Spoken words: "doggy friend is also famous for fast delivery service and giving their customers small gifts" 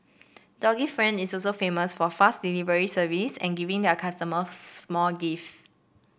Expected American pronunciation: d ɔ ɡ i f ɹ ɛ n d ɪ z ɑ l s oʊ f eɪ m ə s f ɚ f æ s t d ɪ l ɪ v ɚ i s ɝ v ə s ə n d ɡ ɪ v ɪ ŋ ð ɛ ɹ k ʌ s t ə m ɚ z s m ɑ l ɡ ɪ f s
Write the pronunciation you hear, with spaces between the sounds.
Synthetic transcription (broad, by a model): d ɔ ɡ i f ɹ ɛ n d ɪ s ɑ l s oʊ f eɪ m ə s f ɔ f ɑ s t d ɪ l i v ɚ i s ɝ v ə s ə n ɡ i v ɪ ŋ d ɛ k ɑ s t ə m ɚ s m ɑ l ɡ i f